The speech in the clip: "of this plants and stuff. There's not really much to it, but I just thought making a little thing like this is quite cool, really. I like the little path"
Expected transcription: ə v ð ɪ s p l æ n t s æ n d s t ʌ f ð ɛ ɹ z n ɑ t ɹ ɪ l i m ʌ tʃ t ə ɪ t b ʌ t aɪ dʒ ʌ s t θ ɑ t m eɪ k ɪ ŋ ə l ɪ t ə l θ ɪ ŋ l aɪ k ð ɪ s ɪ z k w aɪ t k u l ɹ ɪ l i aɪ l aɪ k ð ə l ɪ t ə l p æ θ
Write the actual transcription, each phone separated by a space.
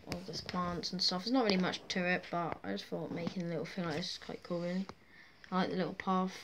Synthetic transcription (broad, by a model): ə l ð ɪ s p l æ n t s n s t ʌ f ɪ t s n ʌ t ɹ ɪ l i m ʌ tʃ t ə ɪ t b ʌ t aɪ dʒ ʌ s t f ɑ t m eɪ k ɪ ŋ ə l ɪ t l f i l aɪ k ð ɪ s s k w aɪ t k u l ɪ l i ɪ l aɪ k ð ə l ɪ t l p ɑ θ